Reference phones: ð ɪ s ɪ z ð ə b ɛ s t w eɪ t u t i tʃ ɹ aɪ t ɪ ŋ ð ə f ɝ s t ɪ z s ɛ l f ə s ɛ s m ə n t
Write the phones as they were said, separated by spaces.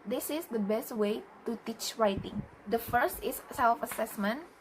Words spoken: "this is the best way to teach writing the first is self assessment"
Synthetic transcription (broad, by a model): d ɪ s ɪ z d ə b ɛ s t w eɪ t u t i tʃ ɹ aɪ t ɪ ŋ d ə f ɝ s t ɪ s ɛ l f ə s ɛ s m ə n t